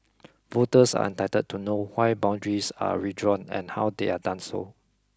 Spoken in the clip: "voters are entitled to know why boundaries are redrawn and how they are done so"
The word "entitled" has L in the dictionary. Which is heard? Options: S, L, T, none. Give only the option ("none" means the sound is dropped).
none